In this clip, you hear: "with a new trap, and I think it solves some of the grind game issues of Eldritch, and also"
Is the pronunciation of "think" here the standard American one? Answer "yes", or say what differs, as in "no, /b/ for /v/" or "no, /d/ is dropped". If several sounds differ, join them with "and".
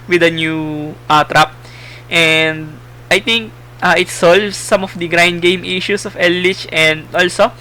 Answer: no, /t/ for /θ/